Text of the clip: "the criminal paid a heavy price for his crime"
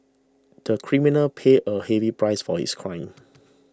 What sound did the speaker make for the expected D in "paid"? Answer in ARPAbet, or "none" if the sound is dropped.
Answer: none